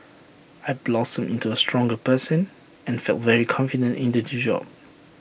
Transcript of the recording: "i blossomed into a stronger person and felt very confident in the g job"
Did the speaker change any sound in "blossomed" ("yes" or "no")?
yes